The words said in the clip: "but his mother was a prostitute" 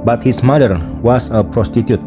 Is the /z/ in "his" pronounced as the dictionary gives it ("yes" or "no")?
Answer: no